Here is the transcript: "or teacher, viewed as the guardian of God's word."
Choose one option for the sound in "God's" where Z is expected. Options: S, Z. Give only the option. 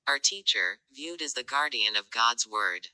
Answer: Z